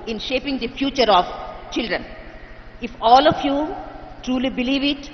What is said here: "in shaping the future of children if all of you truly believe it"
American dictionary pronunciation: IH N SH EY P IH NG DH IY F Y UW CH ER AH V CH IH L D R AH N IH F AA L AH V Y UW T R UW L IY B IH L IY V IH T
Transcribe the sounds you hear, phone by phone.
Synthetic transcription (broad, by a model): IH N SH EY P IH NG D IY F Y UW CH ER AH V CH IH L D R AH N IH F AA L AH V Y UW T R UW L IY B IH L IY V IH T